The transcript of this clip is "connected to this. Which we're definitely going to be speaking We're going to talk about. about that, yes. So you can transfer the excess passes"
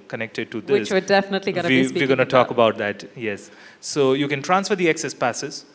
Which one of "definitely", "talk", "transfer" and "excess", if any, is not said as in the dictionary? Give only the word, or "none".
none